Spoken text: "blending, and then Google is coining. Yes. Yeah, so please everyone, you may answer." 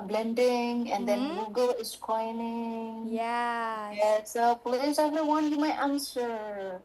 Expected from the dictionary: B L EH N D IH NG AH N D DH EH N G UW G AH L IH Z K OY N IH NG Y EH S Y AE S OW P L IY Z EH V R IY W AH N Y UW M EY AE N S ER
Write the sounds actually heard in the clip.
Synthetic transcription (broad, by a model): B L EH N D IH NG AH N D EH N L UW G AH L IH S K OY N IH NG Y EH Y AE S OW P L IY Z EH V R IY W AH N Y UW M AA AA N S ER